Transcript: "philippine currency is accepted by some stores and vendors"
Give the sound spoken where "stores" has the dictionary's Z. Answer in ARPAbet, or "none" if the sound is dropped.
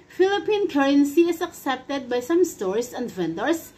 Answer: S